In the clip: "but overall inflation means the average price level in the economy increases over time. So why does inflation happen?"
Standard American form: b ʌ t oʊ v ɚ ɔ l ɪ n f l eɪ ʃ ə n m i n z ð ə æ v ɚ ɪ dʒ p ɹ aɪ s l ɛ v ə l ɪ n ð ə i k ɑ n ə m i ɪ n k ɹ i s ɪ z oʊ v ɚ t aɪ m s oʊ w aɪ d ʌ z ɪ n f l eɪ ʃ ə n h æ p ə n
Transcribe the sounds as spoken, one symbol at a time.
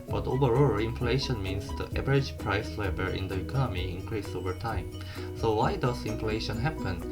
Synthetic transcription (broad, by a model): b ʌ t oʊ v ɚ ɔ l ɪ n f l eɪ ʃ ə n m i n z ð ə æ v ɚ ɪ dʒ p ɹ aɪ s l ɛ b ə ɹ ɪ n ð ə i k ɑ n ə m i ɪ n k ɹ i s oʊ v ɚ t aɪ m s oʊ w aɪ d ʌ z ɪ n f l eɪ ʃ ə n h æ p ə n